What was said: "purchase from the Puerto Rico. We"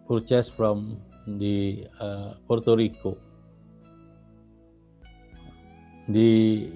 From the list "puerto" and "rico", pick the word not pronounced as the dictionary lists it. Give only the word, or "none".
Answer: none